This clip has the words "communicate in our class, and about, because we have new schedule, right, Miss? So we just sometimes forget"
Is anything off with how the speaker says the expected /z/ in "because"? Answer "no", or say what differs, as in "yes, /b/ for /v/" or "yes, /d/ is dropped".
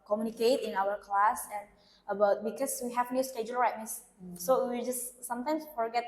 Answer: yes, /s/ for /z/